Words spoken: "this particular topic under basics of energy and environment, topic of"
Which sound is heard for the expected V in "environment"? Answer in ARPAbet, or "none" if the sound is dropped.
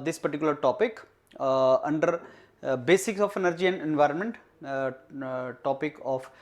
V